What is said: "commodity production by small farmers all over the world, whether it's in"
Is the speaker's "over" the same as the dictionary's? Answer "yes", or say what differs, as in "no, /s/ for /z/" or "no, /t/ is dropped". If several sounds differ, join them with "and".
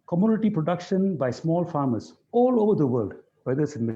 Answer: yes